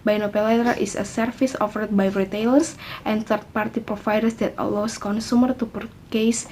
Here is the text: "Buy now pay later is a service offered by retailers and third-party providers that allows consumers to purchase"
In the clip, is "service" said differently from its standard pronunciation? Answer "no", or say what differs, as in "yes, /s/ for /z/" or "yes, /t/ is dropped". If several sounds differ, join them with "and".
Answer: yes, /f/ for /v/